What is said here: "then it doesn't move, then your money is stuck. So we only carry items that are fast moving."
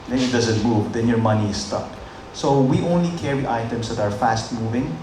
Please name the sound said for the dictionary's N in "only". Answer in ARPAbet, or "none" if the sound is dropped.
N